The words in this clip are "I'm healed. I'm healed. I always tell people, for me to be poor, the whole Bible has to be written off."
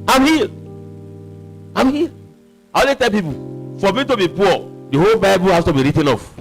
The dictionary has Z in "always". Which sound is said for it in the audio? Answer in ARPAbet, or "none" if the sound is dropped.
none